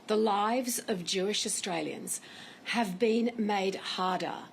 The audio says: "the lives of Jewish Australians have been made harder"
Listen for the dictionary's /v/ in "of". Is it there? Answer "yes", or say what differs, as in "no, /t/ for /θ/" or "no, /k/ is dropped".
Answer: yes